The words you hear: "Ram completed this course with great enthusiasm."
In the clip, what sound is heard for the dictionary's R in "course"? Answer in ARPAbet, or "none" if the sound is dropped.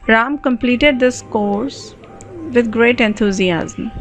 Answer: R